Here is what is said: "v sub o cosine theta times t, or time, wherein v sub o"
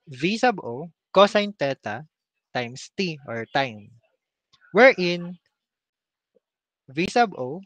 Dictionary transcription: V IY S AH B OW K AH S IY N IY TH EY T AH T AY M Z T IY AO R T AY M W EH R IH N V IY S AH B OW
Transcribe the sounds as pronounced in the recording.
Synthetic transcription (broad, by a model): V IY S AH B OW K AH S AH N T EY T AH T AY M S T IY AO R T AY M W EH R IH N V IY S AH B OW